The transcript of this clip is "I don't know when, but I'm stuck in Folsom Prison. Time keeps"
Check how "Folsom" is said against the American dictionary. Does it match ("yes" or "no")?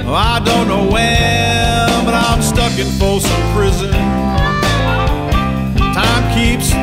no